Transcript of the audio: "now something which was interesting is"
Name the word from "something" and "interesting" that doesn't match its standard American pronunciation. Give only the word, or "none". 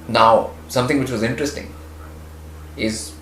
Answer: something